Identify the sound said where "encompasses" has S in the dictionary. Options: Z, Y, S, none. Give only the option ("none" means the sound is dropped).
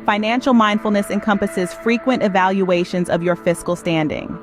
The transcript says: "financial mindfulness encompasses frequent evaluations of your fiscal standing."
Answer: S